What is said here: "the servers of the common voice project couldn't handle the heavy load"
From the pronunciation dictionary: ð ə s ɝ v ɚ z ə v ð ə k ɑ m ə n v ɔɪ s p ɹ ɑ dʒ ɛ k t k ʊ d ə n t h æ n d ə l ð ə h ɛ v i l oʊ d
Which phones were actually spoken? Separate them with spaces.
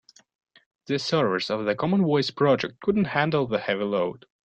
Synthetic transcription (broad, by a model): ð ə s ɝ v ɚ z ə v ð ə k ɑ m ə n w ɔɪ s p ɹ ɑ dʒ ɛ k t k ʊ d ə n t h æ n d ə l ð ə h ɛ v i l oʊ d